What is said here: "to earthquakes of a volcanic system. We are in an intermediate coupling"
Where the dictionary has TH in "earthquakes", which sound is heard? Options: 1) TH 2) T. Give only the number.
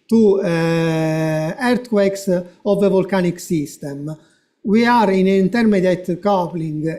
2